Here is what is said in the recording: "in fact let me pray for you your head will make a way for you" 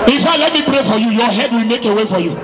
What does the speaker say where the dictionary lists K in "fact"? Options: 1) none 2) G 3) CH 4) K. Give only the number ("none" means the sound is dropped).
1